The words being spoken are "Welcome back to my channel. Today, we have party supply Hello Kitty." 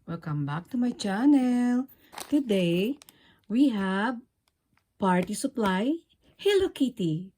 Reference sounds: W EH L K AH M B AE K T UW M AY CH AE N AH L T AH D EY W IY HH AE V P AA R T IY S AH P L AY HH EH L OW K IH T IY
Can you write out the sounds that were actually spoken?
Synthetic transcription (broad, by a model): W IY L K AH M B AE K T UW M AY CH AE N AH L T AH D EY W IY HH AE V P AA R T IY S AH P L AY HH EH L OW K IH T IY